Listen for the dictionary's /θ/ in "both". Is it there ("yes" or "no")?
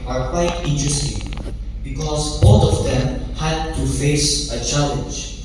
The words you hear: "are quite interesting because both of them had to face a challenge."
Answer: no